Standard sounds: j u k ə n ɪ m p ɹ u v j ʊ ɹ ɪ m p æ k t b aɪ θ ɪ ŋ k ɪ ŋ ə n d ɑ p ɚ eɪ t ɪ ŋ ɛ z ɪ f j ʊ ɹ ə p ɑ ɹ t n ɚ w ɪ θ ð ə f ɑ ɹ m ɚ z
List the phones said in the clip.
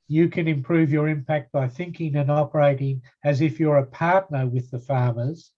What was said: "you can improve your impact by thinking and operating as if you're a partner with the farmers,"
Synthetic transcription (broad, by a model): j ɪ k ə n ɪ m p ɹ u v j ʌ ɹ ɪ m p æ k t b aɪ θ ɪ ŋ k ɪ ŋ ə n ɑ p ɚ eɪ t ɪ ŋ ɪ z ɪ f j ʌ ɹ ə p ɑ ɹ t n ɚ w ɪ ð ə f ɑ ɹ m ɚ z